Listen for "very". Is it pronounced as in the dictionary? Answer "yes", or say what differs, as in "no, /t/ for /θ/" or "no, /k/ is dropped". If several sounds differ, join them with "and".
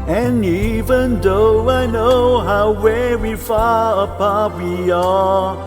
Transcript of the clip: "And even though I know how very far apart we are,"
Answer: no, /w/ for /v/ and /w/ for /ɹ/